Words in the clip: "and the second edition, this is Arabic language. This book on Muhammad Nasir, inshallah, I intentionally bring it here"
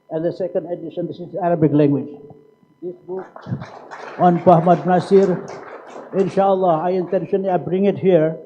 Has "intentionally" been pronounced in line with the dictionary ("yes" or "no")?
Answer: no